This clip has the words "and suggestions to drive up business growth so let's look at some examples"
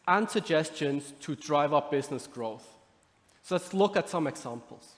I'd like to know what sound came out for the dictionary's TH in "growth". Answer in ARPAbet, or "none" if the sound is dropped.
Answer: TH